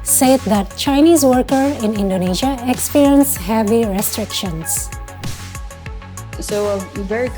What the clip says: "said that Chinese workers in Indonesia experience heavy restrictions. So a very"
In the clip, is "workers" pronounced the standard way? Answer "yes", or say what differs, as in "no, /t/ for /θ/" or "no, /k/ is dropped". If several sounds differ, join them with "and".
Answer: no, /z/ is dropped